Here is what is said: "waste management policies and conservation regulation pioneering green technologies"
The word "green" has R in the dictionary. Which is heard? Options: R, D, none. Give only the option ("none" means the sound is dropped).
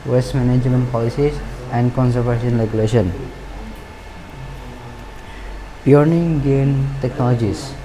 none